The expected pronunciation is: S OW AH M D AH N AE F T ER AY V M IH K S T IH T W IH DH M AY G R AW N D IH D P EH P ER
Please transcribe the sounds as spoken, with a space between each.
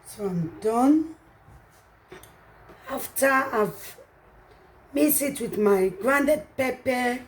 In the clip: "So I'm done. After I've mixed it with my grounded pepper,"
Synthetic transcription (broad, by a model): S OW AH M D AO N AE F T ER AY V M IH S IH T W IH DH M AY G R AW N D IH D P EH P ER